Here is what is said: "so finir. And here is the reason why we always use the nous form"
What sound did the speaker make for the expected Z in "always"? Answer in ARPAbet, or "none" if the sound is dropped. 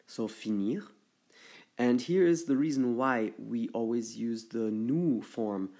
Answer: Z